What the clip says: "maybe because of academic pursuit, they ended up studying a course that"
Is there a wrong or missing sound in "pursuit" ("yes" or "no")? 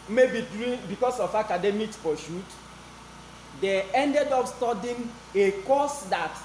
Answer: yes